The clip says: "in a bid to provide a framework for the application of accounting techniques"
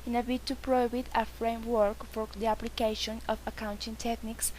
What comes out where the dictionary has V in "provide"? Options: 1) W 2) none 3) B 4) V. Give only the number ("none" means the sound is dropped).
3